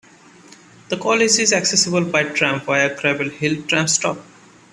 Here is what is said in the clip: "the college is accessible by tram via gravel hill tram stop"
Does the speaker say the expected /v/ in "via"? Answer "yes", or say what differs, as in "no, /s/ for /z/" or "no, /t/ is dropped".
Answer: no, /p/ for /v/